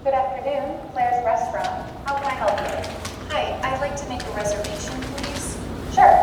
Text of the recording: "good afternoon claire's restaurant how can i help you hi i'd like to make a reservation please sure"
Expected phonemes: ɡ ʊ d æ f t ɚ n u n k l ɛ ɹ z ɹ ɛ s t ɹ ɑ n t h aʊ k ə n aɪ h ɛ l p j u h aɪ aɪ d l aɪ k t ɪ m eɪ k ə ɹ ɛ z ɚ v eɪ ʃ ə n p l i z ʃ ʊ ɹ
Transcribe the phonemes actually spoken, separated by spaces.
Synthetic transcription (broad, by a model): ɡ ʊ d æ f t ɚ n u n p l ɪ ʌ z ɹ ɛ s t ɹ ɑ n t h aʊ k ə n aɪ h ɛ l p j u h aɪ aɪ d l aɪ k t ɪ m eɪ k ə ɹ ɛ z ɚ v eɪ ʃ ə n p l i z ʃ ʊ ɹ